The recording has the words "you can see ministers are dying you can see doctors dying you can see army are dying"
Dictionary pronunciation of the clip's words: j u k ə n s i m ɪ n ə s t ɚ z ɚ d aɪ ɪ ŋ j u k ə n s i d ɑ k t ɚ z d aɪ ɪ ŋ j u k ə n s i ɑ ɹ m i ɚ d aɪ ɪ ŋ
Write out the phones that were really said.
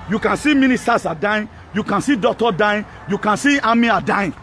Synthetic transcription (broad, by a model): j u k ə n s i m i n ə s t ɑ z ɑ d aɪ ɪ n j u k ə n s i d ɑ k t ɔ d aɪ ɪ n j u k ə n s i ɑ m i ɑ d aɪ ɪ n